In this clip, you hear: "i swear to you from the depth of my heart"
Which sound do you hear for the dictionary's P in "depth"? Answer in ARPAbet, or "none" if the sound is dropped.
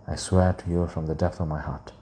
P